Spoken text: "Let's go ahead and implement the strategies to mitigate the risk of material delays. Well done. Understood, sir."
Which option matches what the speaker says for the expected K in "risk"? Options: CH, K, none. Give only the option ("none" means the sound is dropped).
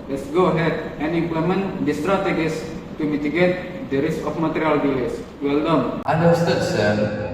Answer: none